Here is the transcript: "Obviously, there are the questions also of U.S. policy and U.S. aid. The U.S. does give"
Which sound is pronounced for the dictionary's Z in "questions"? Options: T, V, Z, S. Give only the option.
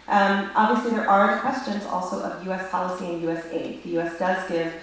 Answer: Z